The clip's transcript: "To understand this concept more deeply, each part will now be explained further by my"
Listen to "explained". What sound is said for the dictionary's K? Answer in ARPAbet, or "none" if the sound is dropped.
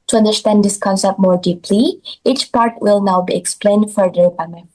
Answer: K